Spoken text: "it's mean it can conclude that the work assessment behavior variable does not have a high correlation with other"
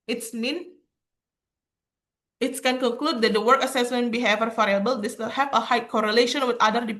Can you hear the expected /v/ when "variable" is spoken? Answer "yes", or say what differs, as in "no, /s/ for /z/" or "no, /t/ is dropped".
no, /f/ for /v/